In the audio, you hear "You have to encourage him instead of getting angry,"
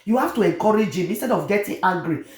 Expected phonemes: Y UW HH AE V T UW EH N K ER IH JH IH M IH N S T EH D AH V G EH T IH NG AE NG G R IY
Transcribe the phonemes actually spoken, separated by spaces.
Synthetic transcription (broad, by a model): Y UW HH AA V T UW EH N K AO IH JH IH M IH N S T EH D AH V G EH T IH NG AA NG G R IY